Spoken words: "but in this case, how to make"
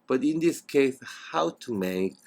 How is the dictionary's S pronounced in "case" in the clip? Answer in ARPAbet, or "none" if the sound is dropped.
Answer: S